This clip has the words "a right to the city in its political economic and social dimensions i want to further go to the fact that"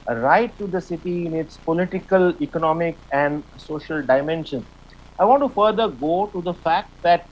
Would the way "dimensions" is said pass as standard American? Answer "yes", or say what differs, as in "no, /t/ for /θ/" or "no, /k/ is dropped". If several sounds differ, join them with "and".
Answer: no, /z/ is dropped